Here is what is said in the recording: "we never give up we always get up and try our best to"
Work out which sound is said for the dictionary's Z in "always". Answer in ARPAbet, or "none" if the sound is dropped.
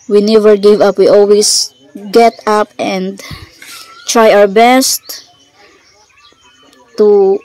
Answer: S